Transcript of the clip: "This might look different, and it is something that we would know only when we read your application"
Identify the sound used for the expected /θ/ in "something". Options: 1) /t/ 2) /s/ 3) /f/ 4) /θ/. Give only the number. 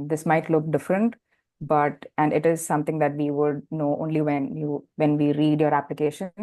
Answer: 1